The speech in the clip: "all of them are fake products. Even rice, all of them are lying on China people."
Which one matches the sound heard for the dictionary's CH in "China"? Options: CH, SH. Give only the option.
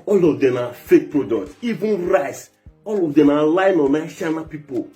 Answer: SH